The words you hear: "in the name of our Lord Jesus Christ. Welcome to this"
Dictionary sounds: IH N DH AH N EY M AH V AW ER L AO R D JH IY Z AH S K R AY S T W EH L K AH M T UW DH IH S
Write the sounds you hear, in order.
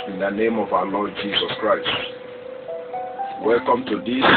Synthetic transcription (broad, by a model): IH N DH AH N EY M AH V AW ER L AO D JH IY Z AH S K R AY S T W EH L K AH M T UW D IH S